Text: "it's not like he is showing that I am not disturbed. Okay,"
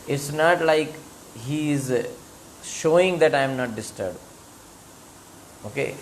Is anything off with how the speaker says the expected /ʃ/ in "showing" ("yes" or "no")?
no